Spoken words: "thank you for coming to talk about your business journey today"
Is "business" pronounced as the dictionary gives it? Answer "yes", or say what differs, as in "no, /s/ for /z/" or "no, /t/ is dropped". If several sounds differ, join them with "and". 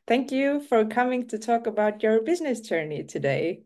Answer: yes